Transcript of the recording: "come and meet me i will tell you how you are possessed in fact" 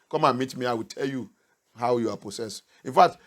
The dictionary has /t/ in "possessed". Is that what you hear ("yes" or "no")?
no